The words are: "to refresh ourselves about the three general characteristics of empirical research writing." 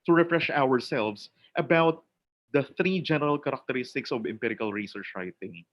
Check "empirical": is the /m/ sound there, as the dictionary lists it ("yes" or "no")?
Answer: yes